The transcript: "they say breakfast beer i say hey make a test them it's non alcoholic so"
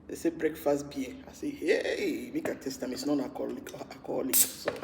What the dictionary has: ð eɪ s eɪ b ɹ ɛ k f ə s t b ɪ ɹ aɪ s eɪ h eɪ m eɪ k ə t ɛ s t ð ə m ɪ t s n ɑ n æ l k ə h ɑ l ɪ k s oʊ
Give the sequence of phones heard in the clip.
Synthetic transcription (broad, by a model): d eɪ s eɪ b ɹ ɛ k f ə s t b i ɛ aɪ s eɪ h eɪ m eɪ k ə t ɛ s t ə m ɪ t s n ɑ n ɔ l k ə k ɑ l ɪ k s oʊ